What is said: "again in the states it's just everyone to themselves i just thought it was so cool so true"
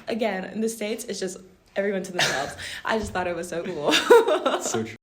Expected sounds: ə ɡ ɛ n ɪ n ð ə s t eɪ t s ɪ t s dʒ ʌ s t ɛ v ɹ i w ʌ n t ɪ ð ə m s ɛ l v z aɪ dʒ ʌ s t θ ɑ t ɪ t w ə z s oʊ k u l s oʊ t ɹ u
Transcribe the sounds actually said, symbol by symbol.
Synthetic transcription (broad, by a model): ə ɡ ɛ n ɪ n ð ə s t eɪ t s ɪ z dʒ ʌ s t ɛ v ɹ i w ʌ n t ɪ ð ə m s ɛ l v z aɪ dʒ ʌ s t θ ɑ t ɪ t w ə z s oʊ k u l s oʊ